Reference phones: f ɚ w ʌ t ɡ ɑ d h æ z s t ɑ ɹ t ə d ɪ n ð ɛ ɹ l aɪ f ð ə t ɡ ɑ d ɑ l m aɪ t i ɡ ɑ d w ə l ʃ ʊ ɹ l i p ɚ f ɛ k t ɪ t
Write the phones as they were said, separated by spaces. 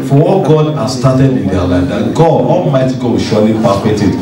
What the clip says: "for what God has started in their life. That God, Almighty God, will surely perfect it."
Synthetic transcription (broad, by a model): f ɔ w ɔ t ɡ ɑ d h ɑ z s t ɑ t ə d ɪ n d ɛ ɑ l aɪ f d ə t ɡ ɑ d ɑ l m aɪ t i ɡ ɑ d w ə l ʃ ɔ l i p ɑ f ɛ t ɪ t